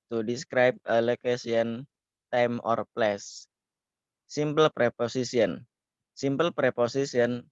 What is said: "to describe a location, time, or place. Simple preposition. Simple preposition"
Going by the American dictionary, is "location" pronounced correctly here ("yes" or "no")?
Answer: no